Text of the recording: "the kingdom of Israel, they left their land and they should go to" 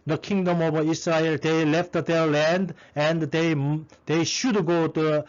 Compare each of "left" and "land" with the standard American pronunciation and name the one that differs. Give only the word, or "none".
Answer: none